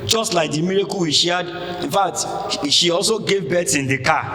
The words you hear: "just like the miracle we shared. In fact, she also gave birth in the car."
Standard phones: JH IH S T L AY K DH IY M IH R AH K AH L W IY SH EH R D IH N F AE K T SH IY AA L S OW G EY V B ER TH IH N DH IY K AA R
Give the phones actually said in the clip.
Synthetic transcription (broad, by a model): JH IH S T L AY K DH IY M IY R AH K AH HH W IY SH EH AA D IH N F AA K T SH IY AA L S OW G EY V B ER S IH N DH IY K AA